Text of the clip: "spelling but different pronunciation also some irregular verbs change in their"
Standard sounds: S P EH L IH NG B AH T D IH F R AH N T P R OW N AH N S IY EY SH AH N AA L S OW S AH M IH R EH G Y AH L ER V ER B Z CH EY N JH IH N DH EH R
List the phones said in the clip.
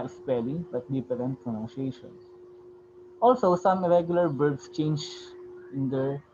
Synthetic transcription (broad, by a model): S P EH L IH B AH T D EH P R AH N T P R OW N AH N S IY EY SH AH N AA L S OW S AH M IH R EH G Y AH L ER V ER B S CH EY N JH IH N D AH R